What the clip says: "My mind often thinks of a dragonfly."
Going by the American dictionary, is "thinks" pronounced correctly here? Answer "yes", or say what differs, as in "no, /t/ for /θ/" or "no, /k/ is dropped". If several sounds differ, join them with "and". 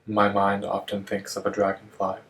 yes